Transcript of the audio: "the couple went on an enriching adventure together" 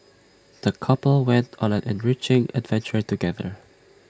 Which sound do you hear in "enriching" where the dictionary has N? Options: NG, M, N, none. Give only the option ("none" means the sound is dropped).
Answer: N